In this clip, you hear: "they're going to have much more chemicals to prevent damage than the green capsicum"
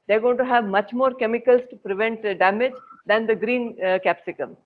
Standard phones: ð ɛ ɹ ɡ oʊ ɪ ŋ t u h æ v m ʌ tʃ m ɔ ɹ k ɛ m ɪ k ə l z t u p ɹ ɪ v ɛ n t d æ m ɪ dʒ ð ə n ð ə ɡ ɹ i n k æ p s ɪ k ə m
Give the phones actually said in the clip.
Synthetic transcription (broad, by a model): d ɛ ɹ ɡ oʊ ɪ t u h æ v m ʌ tʃ m ɔ ɹ k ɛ m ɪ k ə l s t u p ɹ ɪ v ɛ n t d æ m ɪ dʒ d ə n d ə ɡ ɹ i n k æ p s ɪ k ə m